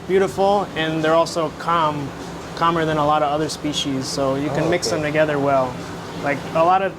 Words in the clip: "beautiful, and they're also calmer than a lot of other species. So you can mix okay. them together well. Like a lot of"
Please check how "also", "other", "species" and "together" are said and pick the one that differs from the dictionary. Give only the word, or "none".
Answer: none